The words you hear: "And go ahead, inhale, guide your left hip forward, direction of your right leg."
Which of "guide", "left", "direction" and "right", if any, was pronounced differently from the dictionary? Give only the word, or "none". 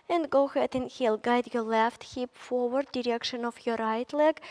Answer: none